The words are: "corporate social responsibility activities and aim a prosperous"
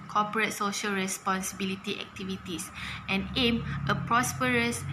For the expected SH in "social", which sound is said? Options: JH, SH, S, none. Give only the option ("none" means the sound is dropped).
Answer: SH